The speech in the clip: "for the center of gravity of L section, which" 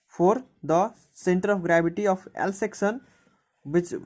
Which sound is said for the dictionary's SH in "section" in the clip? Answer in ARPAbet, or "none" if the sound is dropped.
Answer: S